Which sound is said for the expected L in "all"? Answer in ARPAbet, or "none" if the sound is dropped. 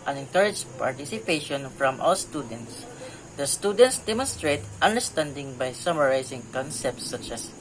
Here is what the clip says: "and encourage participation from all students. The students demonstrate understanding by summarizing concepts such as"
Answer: W